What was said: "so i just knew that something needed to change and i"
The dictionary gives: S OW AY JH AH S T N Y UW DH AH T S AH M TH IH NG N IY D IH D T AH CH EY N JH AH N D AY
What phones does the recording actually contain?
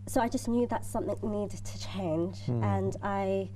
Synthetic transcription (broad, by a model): S OW AY JH AH S N Y UW DH AH T S AH M TH IH NG N IY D D T AH CH EY N JH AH N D AY